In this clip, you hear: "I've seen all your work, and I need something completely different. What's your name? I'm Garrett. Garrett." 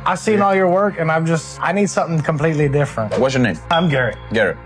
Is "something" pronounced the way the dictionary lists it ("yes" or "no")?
yes